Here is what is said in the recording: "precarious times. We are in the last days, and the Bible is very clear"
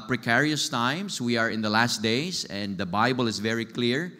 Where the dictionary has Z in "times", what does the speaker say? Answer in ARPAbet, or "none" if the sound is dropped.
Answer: S